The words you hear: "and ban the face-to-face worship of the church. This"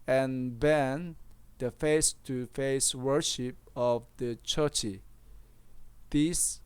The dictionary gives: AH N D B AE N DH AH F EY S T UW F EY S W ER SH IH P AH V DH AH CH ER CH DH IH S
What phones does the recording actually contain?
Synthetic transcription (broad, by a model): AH N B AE N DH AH F EY S T UW F EY S W ER SH IH P AH V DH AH CH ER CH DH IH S